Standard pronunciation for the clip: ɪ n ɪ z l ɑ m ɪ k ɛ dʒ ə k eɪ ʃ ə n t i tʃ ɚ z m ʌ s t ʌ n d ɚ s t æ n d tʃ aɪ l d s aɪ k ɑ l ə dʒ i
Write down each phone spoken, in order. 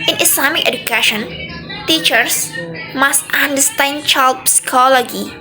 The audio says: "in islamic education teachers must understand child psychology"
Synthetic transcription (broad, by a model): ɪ n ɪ s l ɑ m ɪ k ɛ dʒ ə k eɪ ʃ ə n t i tʃ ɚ s m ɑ s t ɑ n d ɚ s t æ n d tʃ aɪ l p s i k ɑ l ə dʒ i